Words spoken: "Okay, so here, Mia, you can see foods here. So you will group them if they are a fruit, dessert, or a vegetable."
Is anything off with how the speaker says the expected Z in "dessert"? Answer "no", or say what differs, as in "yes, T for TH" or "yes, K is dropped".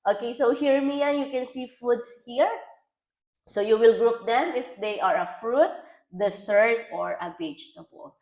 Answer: yes, S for Z